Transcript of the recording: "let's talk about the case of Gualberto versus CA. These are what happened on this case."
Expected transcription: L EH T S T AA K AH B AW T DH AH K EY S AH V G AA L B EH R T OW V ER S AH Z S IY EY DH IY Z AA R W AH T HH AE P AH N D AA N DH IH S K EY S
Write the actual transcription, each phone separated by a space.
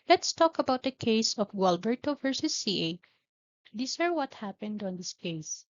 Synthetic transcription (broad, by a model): L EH T S T AA K AH B AW T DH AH K EY S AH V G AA L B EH R T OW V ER S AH S IY EY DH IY S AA R W AH T HH AE P AH N D AA N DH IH S K EY S